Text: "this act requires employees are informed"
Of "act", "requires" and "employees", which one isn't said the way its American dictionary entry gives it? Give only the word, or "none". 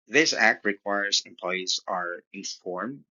none